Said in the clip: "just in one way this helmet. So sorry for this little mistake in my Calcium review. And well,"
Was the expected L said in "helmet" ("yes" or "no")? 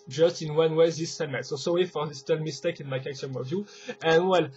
no